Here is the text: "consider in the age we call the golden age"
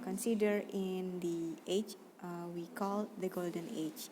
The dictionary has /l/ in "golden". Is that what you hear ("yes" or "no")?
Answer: yes